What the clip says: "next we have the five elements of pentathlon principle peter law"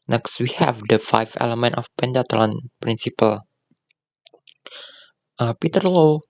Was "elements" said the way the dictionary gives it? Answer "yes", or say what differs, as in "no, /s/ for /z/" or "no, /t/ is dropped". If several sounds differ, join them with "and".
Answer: no, /s/ is dropped